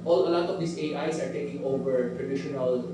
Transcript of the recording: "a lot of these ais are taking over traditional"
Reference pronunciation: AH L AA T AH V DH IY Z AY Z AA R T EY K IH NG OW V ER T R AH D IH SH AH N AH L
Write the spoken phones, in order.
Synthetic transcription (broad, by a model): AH L AA T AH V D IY S AY S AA R T EY K IH NG OW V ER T R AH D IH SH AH N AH L